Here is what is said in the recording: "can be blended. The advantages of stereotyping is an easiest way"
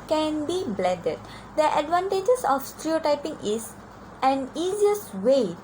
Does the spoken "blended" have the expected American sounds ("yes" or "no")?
no